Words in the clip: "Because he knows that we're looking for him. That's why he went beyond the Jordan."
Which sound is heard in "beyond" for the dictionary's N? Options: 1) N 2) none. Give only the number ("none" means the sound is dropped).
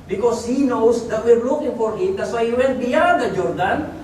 2